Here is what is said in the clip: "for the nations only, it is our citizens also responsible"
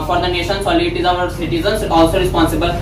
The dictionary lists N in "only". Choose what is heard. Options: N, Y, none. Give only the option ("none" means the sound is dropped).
none